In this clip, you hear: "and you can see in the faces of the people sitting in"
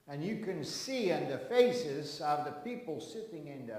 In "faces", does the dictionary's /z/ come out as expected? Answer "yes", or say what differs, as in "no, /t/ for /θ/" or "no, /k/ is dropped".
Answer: yes